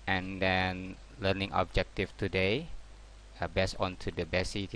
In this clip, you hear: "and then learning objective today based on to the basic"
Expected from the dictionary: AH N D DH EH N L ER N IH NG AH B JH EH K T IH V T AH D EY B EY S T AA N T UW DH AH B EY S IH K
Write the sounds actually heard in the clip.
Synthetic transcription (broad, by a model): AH N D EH N L ER N IH NG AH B JH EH K T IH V T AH D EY B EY S AA N T UW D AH B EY S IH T